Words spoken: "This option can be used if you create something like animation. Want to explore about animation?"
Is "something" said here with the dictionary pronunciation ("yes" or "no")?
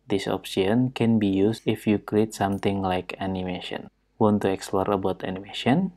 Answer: no